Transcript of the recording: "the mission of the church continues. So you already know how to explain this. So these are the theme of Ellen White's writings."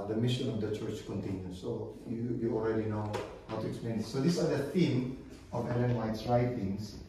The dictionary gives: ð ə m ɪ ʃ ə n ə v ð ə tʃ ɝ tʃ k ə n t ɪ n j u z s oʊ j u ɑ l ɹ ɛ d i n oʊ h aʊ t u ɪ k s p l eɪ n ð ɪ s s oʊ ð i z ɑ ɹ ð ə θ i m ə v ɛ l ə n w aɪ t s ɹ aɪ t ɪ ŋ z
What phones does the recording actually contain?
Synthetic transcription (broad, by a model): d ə m ɪ ʃ ə n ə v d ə tʃ ɝ tʃ k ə n t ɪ n j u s s oʊ j u ɑ l ɹ ɛ d i n oʊ h aʊ t u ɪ k s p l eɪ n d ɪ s s oʊ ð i s ɑ ɹ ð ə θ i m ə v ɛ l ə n w aɪ t s ɹ aɪ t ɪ ŋ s